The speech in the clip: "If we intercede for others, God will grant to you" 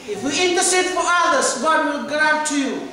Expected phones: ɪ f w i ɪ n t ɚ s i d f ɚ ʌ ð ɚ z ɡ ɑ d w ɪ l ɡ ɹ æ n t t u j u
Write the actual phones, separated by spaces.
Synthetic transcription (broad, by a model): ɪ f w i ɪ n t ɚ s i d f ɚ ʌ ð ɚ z ɡ ɑ d w ɪ l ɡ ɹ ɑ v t t u j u